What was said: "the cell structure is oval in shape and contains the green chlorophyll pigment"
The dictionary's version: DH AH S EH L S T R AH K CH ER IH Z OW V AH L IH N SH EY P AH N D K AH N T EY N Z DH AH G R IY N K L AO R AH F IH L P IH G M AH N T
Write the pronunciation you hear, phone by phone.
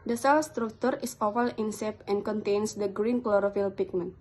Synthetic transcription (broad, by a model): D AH S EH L S T R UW K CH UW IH S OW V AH L IH N S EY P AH N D K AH N T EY N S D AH G R IY N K L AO R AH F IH L P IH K M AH N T